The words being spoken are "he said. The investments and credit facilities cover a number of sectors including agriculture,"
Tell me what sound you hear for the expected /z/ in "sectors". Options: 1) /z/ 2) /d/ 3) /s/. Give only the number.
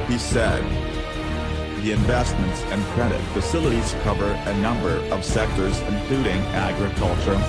1